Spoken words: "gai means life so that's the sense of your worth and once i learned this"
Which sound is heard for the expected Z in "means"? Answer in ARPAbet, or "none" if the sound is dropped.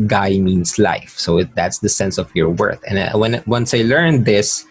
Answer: S